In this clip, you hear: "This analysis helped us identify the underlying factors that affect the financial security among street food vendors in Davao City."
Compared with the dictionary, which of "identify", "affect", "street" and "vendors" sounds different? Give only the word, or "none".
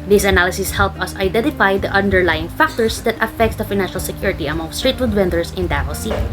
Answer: vendors